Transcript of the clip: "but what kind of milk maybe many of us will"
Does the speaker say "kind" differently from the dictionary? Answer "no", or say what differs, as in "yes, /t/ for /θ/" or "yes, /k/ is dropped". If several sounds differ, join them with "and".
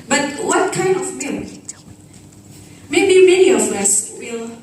no